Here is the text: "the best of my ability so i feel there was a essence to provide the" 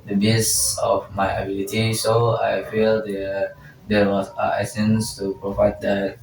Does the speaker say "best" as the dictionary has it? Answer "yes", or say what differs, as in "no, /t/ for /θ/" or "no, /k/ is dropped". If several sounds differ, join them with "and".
no, /t/ is dropped